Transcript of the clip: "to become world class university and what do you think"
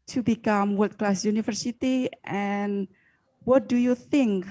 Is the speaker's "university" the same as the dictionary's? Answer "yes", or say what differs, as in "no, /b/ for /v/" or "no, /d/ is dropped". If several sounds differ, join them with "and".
no, /f/ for /v/